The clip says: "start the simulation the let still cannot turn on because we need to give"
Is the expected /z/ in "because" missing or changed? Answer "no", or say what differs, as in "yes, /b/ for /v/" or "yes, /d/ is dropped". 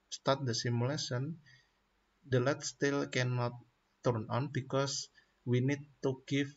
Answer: yes, /s/ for /z/